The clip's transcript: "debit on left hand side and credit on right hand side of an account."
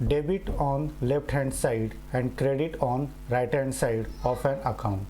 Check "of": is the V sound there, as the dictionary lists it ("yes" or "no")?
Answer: no